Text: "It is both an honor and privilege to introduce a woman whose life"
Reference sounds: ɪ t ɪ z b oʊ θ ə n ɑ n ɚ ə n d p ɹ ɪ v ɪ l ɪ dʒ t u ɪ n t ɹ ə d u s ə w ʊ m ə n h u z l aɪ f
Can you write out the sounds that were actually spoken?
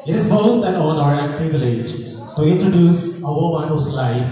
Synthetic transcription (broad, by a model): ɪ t ɪ z b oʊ t ə n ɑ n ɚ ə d p ɹ ɪ v ɪ l ɪ dʒ t u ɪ n t ɹ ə d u s ə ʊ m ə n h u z l aɪ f